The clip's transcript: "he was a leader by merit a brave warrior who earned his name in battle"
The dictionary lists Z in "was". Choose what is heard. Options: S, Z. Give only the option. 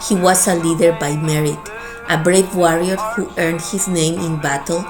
S